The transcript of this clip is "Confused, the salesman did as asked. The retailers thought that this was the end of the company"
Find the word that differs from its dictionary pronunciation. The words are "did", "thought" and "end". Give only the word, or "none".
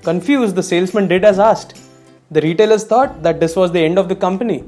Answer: thought